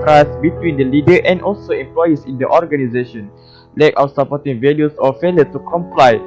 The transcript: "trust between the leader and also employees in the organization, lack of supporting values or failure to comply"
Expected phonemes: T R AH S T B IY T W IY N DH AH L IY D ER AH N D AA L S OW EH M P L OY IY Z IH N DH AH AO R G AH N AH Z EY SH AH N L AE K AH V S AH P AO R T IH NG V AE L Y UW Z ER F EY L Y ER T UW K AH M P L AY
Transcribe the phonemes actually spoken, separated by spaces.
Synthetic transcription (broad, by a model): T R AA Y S B IY T W IY N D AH L IY D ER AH N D AA L S OW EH M P L OY IY S IH N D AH AO R G AH N AH Z EY SH AH N L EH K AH W S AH P AO T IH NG V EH L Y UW S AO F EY L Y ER T UW K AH M P L AY